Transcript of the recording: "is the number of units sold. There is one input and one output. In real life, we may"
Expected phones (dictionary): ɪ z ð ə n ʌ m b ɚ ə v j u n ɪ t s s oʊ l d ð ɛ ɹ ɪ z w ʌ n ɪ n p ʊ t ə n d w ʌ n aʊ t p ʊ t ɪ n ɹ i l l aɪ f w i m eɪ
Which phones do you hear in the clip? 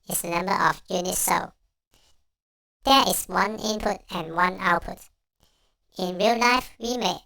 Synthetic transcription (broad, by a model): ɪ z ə n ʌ m b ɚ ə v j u n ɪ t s s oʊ d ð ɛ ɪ s w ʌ n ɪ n p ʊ t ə n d w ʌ n aʊ t p ʊ t ɪ n ɹ i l l aɪ f w i m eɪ